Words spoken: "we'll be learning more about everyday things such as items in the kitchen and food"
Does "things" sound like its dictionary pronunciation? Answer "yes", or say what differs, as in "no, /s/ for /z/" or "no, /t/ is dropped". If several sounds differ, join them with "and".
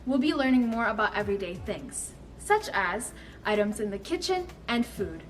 yes